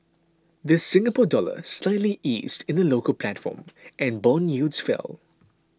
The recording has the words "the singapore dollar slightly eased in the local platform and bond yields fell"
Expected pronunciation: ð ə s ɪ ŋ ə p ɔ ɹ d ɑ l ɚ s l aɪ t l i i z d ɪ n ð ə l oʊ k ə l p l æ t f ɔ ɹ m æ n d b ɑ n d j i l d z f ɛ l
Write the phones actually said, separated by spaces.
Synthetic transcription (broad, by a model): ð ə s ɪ ŋ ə p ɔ d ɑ l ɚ s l aɪ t l i i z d ɪ n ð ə l oʊ k ə l p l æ t f ɔ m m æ n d b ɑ n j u d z f ɛ l